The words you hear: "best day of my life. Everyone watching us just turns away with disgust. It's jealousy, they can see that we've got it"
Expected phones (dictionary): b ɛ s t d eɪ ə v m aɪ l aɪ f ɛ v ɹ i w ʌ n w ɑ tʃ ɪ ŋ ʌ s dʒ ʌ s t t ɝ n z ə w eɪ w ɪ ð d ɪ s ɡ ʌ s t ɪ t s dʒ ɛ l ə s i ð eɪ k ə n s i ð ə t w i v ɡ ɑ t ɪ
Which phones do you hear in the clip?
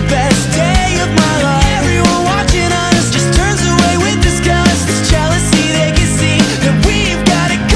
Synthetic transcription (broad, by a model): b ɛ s d eɪ ə v m aɪ l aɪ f ɛ v ɹ i w ʌ n w ɑ tʃ ɪ ŋ ʌ s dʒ ʌ s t t ɝ n z ə w eɪ w ɪ ð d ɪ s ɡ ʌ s ɪ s dʒ ɛ l ə s i ð eɪ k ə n s i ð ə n w i v ɡ ɑ t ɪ